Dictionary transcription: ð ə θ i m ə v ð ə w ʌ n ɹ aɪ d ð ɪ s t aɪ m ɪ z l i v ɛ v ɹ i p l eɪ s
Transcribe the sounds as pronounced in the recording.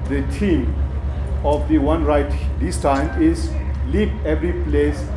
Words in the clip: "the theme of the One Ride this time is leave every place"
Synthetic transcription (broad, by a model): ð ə t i m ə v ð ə w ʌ n ɹ aɪ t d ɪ s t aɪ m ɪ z l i p ɛ v ɹ i p l eɪ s